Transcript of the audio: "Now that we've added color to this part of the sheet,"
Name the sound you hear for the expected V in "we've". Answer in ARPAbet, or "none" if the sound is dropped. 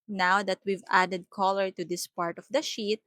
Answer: V